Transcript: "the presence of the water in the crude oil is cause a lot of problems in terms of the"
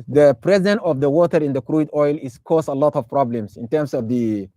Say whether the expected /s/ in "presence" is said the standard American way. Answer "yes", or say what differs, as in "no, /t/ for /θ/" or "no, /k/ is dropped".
no, /s/ is dropped